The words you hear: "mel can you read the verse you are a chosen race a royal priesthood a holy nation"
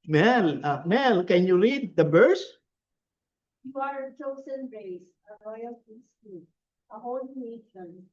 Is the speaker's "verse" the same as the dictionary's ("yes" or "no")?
no